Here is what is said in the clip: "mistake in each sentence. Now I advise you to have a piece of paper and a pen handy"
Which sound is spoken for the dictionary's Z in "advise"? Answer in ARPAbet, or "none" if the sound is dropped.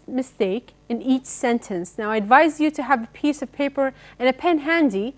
Z